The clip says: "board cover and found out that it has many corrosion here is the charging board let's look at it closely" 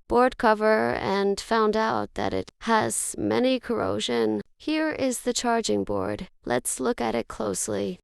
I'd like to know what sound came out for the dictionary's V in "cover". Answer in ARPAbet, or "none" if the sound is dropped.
V